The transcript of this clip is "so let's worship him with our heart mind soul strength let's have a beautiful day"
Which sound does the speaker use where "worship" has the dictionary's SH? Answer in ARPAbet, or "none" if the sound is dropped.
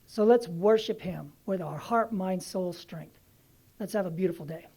SH